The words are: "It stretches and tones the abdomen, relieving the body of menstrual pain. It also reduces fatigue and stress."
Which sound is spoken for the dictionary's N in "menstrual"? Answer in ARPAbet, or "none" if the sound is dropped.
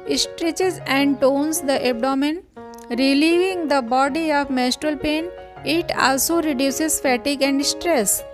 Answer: none